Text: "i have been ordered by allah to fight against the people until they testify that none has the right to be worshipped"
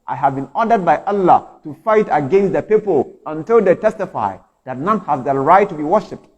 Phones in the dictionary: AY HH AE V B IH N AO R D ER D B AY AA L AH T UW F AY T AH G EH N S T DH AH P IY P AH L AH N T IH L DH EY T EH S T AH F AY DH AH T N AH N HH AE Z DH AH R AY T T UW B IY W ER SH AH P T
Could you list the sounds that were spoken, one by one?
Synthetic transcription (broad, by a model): AY HH AE V B IH N AO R D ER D B AY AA L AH T UW F AY T AH G EH N S T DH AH P IY P AH L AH N T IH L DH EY T EH S T AH F AY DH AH T N AH N HH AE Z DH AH R AY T T UW B IY W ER SH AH P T